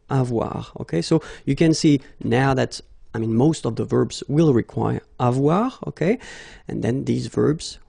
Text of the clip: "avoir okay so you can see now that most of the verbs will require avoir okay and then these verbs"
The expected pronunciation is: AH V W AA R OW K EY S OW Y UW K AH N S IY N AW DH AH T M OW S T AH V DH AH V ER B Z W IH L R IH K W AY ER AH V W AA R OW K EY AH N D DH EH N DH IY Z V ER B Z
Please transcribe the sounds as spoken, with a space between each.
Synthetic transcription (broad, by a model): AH V W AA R OW K EY S OW Y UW K AH N S IY N AW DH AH T M OW S T AH V DH AH V ER B Z W IH L R IH K W AY ER AH V W AA R OW K EY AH N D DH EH N DH IY Z V ER B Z